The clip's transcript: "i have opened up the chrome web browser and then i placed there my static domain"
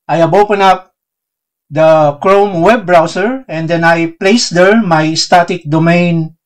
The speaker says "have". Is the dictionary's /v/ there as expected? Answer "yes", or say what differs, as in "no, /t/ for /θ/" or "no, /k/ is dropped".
no, /b/ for /v/